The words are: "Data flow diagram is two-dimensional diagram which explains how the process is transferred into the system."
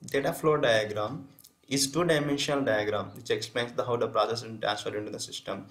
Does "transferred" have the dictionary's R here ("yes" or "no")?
no